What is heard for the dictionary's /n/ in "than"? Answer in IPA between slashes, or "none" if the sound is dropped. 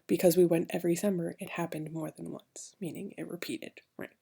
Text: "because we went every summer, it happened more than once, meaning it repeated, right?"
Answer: /n/